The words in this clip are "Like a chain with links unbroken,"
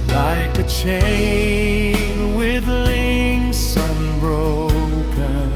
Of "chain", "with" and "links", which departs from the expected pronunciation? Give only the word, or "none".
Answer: links